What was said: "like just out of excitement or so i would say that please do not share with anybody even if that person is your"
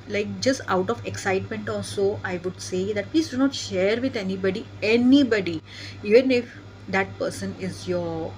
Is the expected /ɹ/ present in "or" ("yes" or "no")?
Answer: no